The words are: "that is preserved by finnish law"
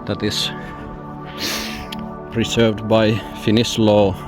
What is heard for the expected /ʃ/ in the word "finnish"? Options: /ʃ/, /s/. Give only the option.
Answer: /s/